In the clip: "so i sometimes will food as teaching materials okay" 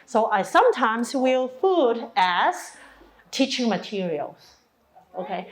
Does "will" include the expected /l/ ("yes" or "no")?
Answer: yes